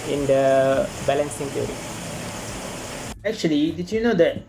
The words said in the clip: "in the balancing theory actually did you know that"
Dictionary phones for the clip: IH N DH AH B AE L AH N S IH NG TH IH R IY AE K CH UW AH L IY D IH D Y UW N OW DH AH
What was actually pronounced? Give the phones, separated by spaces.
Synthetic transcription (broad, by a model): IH N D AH B AE L AH N S IH NG T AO R IY AE K CH UW AH L IY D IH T Y UW N OW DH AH